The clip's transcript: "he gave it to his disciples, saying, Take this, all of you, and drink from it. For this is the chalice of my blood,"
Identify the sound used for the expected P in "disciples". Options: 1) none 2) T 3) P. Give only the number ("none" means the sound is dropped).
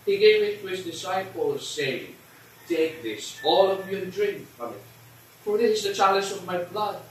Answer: 3